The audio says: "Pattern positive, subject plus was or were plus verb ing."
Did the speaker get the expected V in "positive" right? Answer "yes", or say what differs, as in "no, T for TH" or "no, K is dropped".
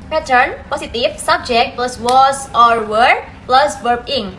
no, F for V